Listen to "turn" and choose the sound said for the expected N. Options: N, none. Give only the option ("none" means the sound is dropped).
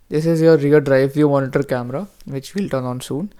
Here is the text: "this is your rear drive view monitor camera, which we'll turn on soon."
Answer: N